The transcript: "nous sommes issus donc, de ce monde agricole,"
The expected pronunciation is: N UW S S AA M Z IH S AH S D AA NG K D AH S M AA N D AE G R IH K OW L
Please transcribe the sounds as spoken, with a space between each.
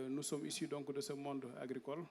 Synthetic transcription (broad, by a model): N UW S S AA M IY S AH D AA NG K D AH S M AA N D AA G R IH K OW L